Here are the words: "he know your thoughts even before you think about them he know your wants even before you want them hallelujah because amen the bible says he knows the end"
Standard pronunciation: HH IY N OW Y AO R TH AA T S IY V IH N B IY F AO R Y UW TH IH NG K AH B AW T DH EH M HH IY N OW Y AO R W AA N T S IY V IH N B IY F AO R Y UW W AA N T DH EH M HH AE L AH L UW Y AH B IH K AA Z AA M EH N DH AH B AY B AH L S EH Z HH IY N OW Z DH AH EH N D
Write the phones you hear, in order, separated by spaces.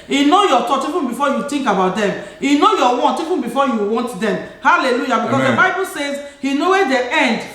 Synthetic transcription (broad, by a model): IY N OW Y AO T AA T IY V IH N B IY F AO Y UW T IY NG K AH B AW T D EH M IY N OW Y AO W AA N T IY V IH N B IY F AO Y UW W AA N T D EH M HH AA L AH L UW Y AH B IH K AA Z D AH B AY B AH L S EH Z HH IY N OW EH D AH EH N D